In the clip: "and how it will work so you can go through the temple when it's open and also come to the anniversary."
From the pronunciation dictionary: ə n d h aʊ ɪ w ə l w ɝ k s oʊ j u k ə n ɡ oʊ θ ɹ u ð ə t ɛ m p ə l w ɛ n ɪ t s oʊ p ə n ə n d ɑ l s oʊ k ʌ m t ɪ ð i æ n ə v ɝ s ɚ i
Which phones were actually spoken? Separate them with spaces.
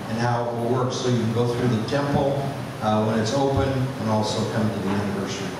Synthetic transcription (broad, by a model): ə n h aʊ ɪ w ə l w ɝ k s oʊ j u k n ɡ oʊ θ ɹ u ð ə t ɛ m p l w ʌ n ɪ t s oʊ p ə n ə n ɑ l s oʊ k ʌ m t ɪ ð i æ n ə v ɝ s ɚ i